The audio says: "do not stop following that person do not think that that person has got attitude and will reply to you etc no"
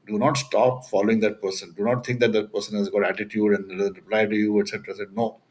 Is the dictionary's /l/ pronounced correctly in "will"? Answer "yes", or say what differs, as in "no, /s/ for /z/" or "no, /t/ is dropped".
no, /n/ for /l/